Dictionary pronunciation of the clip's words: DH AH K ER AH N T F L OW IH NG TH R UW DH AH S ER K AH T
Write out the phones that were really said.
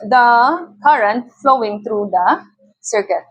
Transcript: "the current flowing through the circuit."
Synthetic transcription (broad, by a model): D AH K ER AH N T F L OW IH NG T R UW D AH S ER K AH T